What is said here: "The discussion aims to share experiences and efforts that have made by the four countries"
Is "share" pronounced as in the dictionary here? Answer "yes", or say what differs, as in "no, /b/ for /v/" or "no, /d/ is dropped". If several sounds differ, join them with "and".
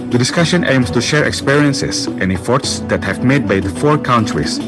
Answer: yes